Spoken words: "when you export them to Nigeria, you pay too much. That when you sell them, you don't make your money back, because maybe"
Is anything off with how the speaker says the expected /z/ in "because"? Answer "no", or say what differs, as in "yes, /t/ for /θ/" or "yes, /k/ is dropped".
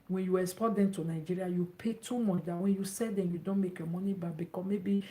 yes, /z/ is dropped